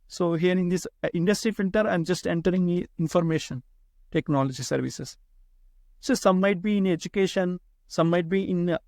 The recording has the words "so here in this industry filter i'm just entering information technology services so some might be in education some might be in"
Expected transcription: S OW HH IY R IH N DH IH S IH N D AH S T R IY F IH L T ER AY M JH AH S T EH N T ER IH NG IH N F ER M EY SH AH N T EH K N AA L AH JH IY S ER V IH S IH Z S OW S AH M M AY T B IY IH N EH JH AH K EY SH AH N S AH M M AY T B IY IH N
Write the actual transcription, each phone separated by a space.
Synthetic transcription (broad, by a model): S OW HH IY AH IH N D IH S IH N D AH S T R IY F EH N T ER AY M JH AH S T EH N T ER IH NG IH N F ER M EY SH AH N T EH K N AA L AH JH IY S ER V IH S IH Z S OW S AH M M AY T B IY IH N EH JH AH K EY SH AH N S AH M M AY T B IY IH N